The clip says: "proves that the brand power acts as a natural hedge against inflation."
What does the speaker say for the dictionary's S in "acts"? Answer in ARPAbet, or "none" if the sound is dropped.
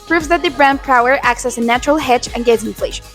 S